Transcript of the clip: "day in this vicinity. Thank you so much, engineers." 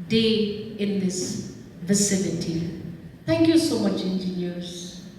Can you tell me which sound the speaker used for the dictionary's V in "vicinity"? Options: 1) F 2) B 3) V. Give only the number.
3